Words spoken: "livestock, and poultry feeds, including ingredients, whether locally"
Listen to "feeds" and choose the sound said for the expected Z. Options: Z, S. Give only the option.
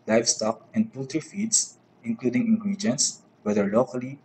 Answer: S